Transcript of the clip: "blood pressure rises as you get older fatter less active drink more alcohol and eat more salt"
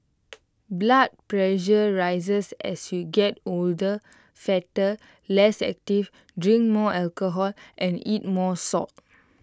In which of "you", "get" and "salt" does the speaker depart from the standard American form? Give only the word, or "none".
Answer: salt